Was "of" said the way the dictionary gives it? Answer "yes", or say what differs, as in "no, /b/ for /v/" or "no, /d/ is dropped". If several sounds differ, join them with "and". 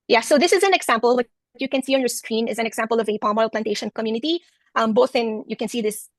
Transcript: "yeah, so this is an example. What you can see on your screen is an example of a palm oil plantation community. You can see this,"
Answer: yes